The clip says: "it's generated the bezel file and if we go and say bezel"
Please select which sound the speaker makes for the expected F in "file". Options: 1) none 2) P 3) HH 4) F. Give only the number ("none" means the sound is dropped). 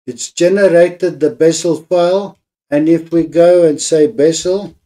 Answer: 4